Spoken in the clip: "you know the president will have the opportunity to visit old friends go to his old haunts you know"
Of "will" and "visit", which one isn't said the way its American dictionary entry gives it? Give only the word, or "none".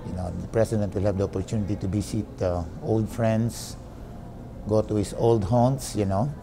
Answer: visit